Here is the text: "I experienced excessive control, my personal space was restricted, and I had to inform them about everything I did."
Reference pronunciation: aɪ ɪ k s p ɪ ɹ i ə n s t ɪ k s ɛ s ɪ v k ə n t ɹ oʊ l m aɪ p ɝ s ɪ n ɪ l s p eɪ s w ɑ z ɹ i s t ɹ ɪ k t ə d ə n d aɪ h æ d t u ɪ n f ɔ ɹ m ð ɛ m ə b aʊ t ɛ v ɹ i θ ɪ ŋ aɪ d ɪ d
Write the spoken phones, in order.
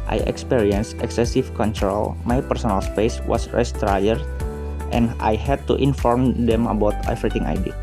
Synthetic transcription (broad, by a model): aɪ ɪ k s p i ɹ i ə n s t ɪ k s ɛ s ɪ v k ə n t ɹ oʊ l m aɪ p ɝ s ɪ n ɪ l s p eɪ s w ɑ s ɹ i s t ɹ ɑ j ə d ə n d aɪ h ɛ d t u ɪ n f ɔ ɹ m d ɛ m ə b aʊ t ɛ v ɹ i t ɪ ŋ aɪ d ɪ